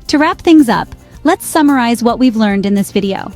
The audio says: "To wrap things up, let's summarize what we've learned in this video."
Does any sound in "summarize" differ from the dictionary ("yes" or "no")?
no